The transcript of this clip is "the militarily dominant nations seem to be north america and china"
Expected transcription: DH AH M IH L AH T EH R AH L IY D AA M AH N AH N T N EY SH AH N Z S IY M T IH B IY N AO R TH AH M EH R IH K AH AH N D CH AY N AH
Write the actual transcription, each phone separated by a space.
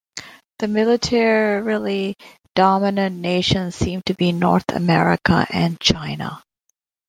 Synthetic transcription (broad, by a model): DH AH M IH L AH T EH R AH L IY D AA M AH N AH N N EY SH AH N Z S IY M T IH B IY N AO R TH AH M EH R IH K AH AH N CH AY N AH